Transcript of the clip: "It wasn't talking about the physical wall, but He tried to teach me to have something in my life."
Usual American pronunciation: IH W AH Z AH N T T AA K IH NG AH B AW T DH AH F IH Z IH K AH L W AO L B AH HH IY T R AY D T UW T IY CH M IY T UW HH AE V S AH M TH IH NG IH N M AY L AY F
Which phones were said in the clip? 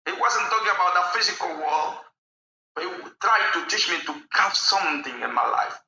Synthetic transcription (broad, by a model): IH W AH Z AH N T T AA K IH NG AH B AW T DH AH F IH Z IH K AH L W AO L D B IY T R AY D T UW T IY CH M IY T UW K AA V S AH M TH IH NG IH N M AY L AY F